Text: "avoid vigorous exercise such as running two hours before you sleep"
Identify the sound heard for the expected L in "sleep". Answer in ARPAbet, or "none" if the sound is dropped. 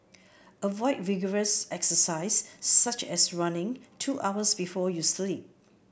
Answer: L